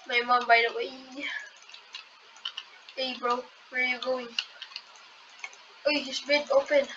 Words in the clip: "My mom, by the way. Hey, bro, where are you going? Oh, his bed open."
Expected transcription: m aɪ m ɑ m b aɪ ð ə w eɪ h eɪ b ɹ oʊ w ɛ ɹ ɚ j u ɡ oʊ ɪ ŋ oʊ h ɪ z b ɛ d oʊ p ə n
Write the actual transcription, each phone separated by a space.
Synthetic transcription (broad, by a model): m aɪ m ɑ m b aɪ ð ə w eɪ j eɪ b ɹ oʊ w ɛ ɹ j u ɡ oʊ ɪ ŋ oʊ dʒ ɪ s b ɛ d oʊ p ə n